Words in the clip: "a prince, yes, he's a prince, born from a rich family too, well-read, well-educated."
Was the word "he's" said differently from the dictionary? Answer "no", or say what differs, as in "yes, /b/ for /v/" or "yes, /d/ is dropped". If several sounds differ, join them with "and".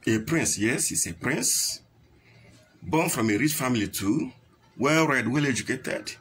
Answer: yes, /s/ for /z/